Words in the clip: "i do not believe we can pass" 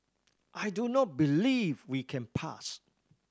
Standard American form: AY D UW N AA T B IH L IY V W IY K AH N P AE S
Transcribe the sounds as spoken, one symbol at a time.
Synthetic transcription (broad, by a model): AY D UW N AA T B IH L IY V W IY K AH N P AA S